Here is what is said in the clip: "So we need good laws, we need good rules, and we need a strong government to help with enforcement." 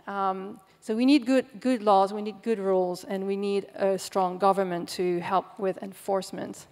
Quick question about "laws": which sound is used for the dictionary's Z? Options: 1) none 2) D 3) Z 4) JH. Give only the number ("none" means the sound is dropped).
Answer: 3